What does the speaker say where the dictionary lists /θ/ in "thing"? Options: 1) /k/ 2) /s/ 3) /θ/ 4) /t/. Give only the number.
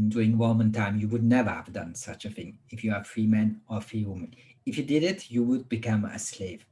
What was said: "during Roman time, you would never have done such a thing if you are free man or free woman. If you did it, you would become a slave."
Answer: 3